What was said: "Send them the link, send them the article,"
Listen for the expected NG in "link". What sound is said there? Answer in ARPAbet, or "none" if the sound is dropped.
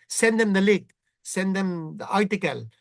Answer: none